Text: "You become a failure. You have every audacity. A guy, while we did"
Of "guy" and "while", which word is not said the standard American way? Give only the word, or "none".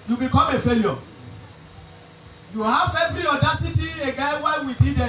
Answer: while